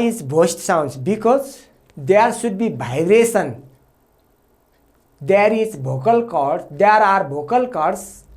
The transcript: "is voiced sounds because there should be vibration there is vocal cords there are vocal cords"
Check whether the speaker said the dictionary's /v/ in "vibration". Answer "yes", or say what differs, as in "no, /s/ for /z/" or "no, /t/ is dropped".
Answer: no, /b/ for /v/